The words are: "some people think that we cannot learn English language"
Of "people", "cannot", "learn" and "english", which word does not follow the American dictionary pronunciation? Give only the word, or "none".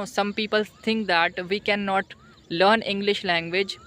none